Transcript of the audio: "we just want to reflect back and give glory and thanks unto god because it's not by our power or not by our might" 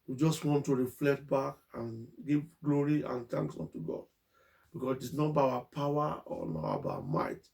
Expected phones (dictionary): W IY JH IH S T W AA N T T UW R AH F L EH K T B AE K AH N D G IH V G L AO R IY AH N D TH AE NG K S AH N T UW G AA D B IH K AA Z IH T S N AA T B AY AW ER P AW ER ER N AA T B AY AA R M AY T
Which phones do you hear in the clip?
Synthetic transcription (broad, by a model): W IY JH IH S T W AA N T T UW R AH F L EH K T B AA K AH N G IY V G L AO R IY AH N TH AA NG K S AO N T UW G AA D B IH K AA S IH T S N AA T B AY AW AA P AW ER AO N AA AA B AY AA M AY T